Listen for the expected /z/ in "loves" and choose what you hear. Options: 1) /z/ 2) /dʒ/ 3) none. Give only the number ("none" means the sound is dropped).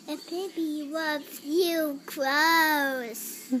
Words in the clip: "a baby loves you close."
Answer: 3